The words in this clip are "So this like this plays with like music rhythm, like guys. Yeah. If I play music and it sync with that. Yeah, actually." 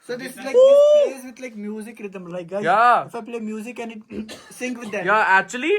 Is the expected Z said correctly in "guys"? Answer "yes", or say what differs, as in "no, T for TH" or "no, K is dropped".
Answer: no, Z is dropped